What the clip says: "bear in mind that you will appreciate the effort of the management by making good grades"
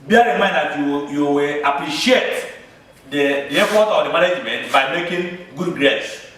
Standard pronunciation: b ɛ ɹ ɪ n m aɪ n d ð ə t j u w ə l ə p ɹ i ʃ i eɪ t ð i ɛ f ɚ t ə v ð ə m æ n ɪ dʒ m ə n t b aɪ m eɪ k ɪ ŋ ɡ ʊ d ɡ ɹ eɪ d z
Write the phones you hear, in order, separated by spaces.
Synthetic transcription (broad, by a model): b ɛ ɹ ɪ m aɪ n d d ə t j u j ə w ə p ɹ i ʃ i eɪ t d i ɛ f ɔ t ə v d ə m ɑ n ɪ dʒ m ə n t b aɪ m eɪ k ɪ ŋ ɡ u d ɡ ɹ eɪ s